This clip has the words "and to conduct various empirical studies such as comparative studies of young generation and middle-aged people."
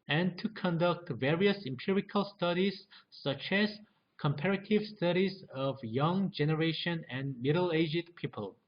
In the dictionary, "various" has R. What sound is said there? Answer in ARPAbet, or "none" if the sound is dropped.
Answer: R